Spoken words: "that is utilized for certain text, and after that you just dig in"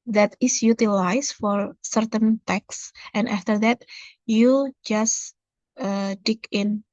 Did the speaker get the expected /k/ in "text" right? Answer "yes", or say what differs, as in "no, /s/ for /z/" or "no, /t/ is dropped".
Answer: yes